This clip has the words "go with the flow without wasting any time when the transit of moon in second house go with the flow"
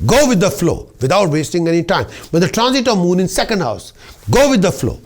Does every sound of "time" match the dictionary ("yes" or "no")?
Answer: yes